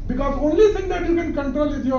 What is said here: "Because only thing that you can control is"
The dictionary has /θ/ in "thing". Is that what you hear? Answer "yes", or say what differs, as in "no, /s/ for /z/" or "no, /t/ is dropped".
no, /t/ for /θ/